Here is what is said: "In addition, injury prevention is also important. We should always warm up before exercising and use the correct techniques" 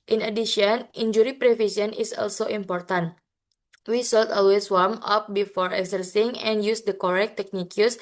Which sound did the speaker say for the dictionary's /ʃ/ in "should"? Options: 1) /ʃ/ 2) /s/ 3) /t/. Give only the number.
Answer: 2